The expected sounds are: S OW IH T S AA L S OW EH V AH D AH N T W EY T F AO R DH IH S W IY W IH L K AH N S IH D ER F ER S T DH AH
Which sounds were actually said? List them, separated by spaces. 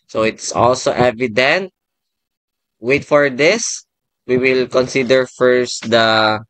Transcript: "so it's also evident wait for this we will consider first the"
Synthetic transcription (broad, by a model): S OW IH T S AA L S OW EH V AH D AH N T W EY T F AO R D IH S W IY W IH L K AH N S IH D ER F ER S T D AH